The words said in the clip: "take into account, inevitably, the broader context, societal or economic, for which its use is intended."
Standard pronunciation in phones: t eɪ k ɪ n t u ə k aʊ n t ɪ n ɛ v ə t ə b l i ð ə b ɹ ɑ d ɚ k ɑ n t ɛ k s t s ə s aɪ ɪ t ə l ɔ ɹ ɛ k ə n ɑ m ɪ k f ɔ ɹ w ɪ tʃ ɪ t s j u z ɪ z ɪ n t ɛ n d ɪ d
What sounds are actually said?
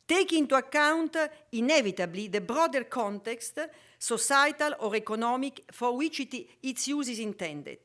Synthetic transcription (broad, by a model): t eɪ k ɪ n t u ə k aʊ n t ɪ n ɛ v ə t ə b l i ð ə b ɹ ɑ d ɚ k ɑ n t ɛ k s t s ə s aɪ t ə l ɔ ɹ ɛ k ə n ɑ m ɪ k f ɔ ɹ w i tʃ ɪ t s j u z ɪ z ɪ n t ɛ n d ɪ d